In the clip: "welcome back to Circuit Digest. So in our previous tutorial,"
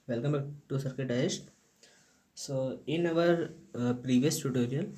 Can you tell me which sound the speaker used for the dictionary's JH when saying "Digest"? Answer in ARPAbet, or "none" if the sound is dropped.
none